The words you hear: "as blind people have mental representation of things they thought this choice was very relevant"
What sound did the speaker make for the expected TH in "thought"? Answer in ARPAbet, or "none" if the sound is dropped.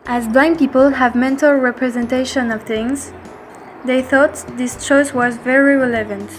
TH